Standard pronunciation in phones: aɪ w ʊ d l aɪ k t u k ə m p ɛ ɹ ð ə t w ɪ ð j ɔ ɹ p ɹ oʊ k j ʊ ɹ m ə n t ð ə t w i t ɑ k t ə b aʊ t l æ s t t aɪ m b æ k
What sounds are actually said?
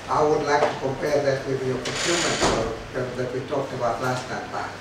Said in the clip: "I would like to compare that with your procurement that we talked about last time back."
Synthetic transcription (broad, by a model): aɪ w ʊ d l aɪ k t u k ə m p ɛ ɹ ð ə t w ɪ ð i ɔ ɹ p oʊ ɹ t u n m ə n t ð ə t w i t ɑ k t ə b aʊ t l æ s t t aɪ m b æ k